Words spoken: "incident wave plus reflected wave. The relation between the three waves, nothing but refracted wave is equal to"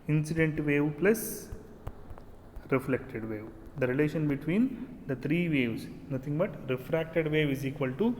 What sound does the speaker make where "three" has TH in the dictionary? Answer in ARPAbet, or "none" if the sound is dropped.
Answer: T